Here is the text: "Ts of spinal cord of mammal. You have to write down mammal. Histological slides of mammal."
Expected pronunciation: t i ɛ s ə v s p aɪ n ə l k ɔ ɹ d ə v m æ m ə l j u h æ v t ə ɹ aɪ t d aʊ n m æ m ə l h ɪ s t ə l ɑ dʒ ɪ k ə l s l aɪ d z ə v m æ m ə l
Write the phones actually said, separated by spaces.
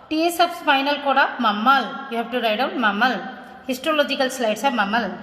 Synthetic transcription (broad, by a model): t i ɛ s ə p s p aɪ n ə l k ɔ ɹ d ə m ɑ m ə l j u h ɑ p t ə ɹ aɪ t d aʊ m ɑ m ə l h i s t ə l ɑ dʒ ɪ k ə l s l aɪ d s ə m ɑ m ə l